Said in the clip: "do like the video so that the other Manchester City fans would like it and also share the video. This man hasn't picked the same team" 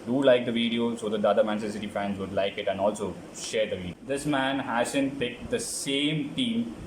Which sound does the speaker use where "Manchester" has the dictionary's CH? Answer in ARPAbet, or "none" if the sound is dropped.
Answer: none